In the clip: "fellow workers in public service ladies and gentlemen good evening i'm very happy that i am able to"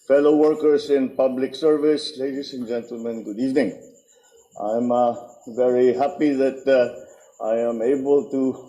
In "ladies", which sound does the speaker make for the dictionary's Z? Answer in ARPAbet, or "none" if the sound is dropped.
S